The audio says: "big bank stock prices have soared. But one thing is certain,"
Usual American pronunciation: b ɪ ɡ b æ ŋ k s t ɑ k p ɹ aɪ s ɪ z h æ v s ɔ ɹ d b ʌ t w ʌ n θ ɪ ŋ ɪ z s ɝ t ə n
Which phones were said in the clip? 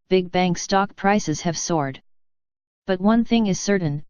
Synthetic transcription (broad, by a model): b ɪ ɡ b æ ŋ k s t ɑ k p ɹ aɪ s ɪ z h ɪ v s ɔ ɹ d b ʌ t w ʌ n θ ɪ ŋ ɪ z s ɝ t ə n